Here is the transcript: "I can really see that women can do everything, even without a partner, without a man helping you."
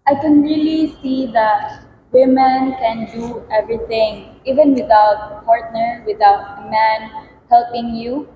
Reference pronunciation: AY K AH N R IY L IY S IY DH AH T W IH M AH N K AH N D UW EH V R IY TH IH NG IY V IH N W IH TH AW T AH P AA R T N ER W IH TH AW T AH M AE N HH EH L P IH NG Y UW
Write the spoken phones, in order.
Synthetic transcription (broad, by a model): AY K AH N R IY L IY S IY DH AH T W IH M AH N K AH N D UW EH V R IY T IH NG IY V IH N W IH T AW T P AA R T N ER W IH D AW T M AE N HH EH L P IH NG Y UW